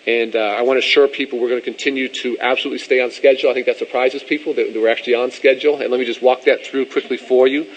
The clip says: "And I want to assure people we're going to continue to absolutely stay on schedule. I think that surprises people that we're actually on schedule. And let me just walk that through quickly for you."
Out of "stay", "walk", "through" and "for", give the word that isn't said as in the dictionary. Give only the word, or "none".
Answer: none